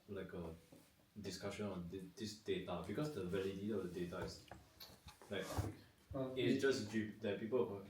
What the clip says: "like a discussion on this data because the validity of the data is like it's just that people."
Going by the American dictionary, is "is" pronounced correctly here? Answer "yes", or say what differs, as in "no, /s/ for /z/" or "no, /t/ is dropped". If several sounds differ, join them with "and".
no, /s/ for /z/